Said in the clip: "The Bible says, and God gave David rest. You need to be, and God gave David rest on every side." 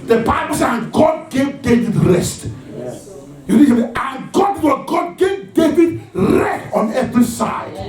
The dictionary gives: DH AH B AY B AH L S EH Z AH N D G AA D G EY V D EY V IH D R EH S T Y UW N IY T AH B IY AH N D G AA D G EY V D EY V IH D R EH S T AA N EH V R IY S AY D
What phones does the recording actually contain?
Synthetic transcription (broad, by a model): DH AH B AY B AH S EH AH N G AA D G EY V D EY V IH D R EH S T Y UW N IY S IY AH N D G AA D G EY V D EY V IH D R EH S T AA N EH V R IY S AY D